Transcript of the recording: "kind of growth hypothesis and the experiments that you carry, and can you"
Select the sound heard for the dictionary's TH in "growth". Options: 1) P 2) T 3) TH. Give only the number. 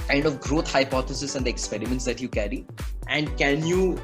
2